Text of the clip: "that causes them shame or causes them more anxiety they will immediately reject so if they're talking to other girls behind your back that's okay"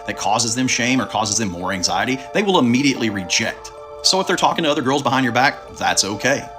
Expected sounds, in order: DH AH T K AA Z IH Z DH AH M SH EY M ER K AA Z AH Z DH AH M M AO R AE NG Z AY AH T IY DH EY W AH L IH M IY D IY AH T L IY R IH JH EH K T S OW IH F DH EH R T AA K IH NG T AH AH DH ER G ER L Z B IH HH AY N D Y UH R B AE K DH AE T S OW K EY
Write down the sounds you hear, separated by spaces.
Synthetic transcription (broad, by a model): DH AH T K AA Z IH Z DH AH M SH EY M ER K AA Z AH Z DH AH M M AO R AE NG Z AY AH T IY DH EY W AH L IH M IY D IY AH T L IY R IH JH EH K T S OW IH F DH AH R T AA K IH NG T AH AH DH ER G ER L Z B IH HH AY N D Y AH R B AE K DH AE T S OW K EY